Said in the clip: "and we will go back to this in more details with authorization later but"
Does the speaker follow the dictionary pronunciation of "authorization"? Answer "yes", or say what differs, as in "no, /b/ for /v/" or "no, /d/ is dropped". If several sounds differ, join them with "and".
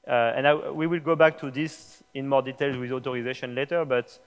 no, /t/ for /θ/